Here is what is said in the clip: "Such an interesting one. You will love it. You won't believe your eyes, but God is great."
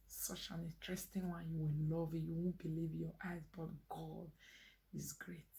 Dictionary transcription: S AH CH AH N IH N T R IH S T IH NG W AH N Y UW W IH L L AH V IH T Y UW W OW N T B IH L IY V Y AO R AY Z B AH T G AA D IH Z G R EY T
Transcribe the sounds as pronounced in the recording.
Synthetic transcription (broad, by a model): S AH CH AH N IH N T R IH S T IH NG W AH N Y UW W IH N L AH V IH T Y UW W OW N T B IH L IY V Y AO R AY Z B AH T G AA D IH Z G R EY T